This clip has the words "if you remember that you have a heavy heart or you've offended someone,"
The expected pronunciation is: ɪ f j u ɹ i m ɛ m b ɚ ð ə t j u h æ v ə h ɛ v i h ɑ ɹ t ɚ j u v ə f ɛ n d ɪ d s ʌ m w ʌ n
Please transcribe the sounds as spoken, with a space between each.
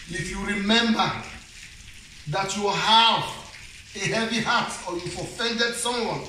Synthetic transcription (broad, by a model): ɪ f j u ɹ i m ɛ m b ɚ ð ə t j u h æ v ə h ɛ v i h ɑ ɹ t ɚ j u ə f ɛ n d ɪ d s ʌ m w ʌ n